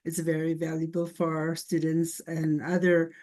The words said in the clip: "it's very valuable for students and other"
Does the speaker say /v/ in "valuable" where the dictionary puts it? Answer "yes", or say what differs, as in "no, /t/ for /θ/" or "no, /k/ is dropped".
yes